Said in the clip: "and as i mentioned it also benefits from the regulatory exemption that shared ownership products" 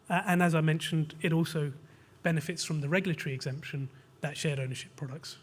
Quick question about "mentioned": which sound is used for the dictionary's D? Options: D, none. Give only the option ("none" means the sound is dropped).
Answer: D